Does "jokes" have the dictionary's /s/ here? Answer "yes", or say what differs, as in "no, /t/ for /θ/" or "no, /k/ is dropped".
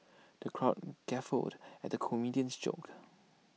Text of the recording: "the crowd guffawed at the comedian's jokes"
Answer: no, /s/ is dropped